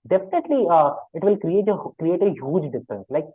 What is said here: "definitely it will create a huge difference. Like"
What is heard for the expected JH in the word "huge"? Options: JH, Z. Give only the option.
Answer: JH